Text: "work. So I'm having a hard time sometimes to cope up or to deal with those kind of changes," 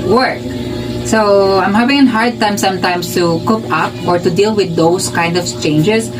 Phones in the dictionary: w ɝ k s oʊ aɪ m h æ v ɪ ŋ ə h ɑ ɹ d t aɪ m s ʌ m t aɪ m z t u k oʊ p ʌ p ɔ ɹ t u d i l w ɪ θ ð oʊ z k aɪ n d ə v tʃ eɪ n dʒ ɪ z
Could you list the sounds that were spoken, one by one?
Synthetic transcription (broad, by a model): w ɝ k s oʊ aɪ m h æ v ɪ ŋ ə h ɑ ɹ d t aɪ m s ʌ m t aɪ m s t u k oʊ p ʌ p ɔ ɹ t u d i l w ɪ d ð oʊ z k aɪ n d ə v tʃ eɪ n dʒ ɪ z